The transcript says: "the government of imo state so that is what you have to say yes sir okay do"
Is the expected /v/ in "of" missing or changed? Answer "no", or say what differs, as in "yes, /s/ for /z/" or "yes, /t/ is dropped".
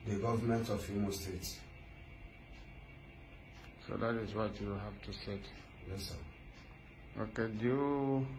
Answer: yes, /f/ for /v/